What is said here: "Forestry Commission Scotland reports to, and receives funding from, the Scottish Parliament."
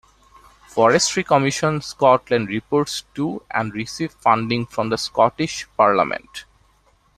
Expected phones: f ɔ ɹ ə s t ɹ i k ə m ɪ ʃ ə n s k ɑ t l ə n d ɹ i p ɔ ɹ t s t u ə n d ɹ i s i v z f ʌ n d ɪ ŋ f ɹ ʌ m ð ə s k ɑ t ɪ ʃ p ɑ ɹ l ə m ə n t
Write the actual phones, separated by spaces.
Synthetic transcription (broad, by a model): f ɔ ɹ ə s t ɹ i k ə m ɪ ʃ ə n s k ɑ t l ə n d ɹ i p ɔ ɹ t s t u ə n d ɹ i s i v f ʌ n d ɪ ŋ f ɹ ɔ m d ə s k ɑ t ɪ ʃ p ɑ ɹ l ə m ə n t